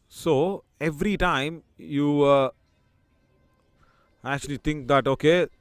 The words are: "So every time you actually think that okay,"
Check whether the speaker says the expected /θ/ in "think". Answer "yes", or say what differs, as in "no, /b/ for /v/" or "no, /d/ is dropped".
no, /t/ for /θ/